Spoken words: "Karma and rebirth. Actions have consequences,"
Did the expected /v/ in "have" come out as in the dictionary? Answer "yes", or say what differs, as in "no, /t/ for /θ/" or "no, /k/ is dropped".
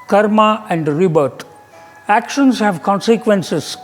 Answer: yes